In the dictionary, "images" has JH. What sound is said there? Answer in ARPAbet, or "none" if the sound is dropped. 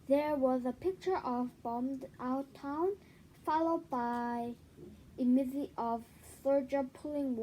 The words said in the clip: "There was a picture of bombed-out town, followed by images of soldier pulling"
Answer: Z